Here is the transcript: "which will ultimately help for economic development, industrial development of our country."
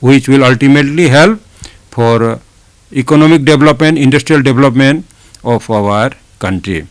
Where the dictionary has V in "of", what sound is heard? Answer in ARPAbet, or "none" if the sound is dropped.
P